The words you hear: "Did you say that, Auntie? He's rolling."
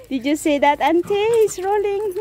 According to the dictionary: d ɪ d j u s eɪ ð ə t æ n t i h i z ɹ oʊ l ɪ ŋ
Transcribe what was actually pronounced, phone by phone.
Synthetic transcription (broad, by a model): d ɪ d j u s eɪ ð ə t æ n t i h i s ɹ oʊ l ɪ ŋ